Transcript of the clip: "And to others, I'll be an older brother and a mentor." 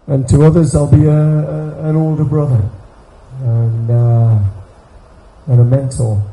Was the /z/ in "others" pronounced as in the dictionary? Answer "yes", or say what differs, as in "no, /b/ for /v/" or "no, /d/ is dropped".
yes